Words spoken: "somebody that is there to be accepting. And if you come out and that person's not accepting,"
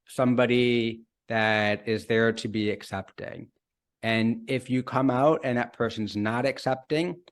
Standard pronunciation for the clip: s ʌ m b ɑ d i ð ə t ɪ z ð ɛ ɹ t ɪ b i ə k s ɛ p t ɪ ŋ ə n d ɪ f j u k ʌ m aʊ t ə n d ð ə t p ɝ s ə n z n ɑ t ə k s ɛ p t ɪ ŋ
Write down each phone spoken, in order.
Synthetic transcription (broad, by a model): s ʌ m b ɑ d i ð ə t ɪ z ð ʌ ɹ t ɪ b i ə k s ɛ p t ɪ ŋ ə n ɪ f j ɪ k ʌ m aʊ t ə n ð ə t p ɝ s ə n z n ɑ t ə k s ɛ p t ɪ ŋ